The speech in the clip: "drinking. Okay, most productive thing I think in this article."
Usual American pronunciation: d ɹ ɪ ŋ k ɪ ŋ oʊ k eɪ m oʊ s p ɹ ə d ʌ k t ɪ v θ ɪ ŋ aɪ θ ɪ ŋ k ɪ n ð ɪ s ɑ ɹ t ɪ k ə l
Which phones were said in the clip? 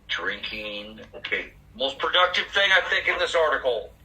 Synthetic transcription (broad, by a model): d ɹ ɪ ŋ k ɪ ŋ oʊ k eɪ m oʊ s p ɹ ə d ʌ k t ɪ v θ ɪ ŋ aɪ θ ɪ ŋ k ɪ n ð ɪ s ɑ ɹ t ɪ k l